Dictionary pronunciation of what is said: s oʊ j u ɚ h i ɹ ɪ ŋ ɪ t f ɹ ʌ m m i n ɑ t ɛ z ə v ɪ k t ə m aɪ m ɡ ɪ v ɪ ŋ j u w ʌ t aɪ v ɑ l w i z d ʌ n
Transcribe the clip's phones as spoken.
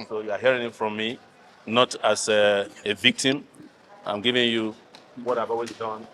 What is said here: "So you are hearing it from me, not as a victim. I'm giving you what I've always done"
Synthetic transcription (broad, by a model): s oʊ j u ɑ h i ɹ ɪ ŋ ɪ t f ɹ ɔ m m i n ɑ t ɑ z ə v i k t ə m aɪ m ɡ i v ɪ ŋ j u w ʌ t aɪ b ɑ w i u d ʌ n